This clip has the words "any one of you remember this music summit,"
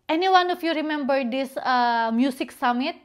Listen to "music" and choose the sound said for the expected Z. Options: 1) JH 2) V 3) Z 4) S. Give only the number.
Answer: 4